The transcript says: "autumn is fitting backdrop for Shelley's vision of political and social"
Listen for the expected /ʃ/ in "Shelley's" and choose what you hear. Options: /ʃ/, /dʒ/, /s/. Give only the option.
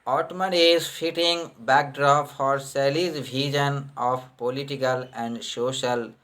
/s/